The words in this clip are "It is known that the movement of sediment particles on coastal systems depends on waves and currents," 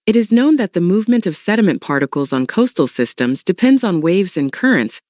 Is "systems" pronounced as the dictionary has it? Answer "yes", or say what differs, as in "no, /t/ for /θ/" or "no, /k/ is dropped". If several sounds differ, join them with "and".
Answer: yes